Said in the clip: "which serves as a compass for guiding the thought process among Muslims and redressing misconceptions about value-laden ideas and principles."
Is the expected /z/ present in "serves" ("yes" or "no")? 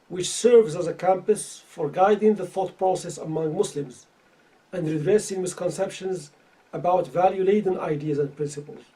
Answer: yes